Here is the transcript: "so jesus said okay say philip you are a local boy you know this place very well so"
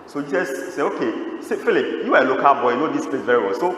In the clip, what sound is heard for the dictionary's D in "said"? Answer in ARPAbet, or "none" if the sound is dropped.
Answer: none